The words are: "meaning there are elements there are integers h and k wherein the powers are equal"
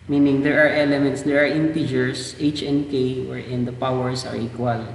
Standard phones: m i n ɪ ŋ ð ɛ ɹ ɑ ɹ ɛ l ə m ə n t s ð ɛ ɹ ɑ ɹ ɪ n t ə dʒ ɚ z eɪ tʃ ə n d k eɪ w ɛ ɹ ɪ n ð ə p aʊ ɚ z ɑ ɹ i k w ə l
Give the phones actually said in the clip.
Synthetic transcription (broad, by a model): m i n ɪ ŋ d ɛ ɹ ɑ ɹ ɛ l ə m ə n t s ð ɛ ɹ ɑ ɹ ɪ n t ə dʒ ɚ s eɪ tʃ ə n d k eɪ w ɛ ɹ ɪ n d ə p aʊ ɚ s ɑ ɹ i k w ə l